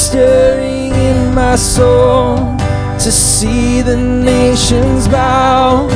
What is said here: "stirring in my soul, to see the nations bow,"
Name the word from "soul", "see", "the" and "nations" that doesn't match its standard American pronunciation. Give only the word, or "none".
none